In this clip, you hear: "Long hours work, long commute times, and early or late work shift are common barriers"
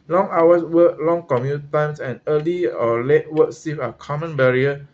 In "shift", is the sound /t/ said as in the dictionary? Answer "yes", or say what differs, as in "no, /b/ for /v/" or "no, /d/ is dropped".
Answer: no, /t/ is dropped